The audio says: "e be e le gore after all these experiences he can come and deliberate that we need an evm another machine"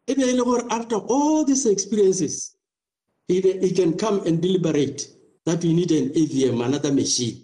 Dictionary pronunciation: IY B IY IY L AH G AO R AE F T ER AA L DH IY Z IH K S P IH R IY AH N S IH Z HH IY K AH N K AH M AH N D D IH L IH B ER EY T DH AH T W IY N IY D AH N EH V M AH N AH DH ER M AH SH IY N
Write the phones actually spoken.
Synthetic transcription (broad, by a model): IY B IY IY L AH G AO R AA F T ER AA L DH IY S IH K S P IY R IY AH N S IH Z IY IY K AH N K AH M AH N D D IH L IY B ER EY T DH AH T W IY N IY D AH N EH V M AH N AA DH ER M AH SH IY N